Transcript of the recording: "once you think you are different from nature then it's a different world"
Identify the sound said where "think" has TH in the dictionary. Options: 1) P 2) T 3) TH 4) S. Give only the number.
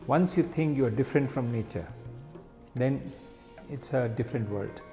2